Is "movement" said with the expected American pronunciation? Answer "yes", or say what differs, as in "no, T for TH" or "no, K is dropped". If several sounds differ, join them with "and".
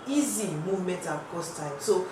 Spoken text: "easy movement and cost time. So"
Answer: no, N is dropped